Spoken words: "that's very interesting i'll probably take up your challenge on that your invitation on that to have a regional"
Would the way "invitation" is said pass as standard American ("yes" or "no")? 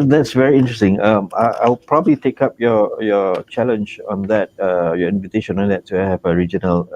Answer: yes